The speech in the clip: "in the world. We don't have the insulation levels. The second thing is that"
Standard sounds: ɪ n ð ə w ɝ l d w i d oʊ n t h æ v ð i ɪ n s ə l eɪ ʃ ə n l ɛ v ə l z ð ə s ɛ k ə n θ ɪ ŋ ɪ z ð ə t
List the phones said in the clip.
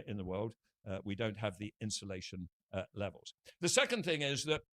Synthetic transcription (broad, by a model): ɪ n ð ə w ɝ l d w i d oʊ n t h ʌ v ð i ɪ n s ə l eɪ ʃ ə n l ɛ v ə l z ð ə s ɛ k ə n θ ɪ ŋ ɪ z ð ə t